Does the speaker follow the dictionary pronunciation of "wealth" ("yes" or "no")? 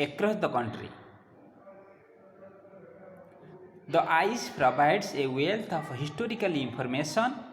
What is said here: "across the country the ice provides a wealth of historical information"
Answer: no